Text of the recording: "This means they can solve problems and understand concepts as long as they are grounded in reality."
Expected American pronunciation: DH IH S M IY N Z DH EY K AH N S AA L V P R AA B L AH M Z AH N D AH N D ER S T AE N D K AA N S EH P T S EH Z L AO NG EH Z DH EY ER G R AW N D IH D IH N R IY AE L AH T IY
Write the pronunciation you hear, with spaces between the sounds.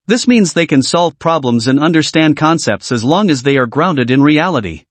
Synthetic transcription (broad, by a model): DH IH S M IY N Z DH EY K AH N S AA L V P R AA B L AH M Z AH N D AH N D ER S T AE N D K AA N S EH P T S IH Z L AO NG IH Z DH EY ER G R AW N D IH D IH N R IY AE L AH T IY